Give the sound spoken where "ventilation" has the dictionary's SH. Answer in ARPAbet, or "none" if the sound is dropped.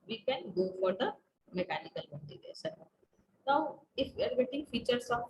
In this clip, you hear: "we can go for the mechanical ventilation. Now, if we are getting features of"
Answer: S